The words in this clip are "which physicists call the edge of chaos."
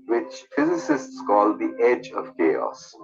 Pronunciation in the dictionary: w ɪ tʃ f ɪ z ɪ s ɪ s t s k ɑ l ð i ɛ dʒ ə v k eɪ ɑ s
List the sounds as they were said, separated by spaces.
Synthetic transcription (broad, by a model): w ɪ tʃ f ɪ z ɪ s ɪ s t s k ɑ l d i ɛ dʒ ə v k eɪ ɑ s